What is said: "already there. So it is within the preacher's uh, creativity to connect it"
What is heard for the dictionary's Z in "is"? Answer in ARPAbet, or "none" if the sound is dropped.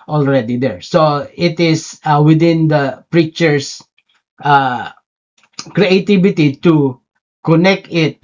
S